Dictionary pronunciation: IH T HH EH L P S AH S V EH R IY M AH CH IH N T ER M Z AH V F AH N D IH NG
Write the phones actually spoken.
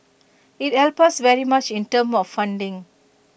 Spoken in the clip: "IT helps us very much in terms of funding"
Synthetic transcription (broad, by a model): IH T HH EH L P AH S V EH R IY M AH CH IH N T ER M AH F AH N D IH NG